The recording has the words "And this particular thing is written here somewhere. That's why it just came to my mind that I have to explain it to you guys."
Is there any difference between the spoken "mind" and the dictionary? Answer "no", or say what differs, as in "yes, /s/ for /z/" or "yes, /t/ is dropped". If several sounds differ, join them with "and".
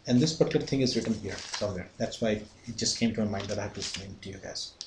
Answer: yes, /n/ is dropped